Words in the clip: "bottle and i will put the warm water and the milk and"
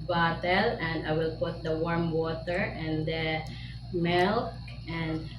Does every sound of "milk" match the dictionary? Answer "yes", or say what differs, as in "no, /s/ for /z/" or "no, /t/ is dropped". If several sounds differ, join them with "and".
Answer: yes